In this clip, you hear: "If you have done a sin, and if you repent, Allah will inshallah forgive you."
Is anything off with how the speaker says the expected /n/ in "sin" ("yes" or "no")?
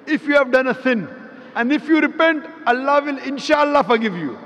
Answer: no